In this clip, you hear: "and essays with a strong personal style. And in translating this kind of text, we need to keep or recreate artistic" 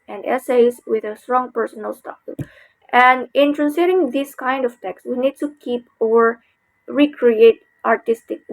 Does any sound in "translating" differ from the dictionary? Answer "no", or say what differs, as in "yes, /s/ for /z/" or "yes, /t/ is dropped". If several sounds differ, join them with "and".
yes, /l/ is dropped